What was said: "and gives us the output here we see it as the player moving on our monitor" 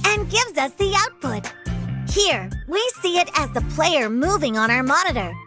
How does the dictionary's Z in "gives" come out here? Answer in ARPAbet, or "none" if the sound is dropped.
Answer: Z